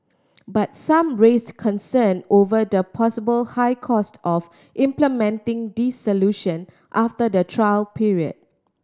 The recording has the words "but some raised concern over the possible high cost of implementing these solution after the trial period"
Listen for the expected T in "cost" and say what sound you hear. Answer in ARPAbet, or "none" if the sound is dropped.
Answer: T